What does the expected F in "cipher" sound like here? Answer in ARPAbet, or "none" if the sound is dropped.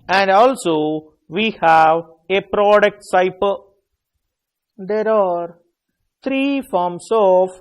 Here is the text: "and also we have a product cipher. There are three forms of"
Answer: P